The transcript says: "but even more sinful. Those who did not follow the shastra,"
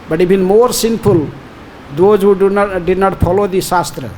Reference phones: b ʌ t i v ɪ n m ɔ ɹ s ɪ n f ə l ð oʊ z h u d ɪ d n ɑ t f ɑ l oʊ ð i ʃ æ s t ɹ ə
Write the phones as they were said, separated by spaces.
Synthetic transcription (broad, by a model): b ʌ t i b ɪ n m ɔ ɹ s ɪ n p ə l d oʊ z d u d ɪ d n ɑ t p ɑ l oʊ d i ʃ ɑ s t ɹ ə